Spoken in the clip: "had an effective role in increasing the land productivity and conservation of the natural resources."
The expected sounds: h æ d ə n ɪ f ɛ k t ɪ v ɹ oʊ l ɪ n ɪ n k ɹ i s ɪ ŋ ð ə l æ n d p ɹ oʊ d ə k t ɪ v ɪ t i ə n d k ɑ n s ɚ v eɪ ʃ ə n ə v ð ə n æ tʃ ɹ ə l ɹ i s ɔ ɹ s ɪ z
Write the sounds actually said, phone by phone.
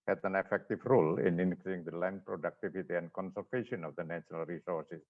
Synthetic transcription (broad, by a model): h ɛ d ə n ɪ f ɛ k t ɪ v ɹ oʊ l ɪ n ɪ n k l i ɪ ŋ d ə l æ n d p ɹ oʊ d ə k t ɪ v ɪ t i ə n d k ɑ n s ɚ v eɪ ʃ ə n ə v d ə n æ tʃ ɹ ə l ɹ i s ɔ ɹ s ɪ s